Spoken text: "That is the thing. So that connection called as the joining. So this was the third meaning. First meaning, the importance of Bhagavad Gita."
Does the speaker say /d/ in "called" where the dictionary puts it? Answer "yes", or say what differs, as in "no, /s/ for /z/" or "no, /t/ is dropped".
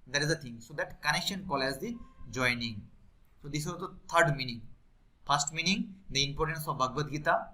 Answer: no, /d/ is dropped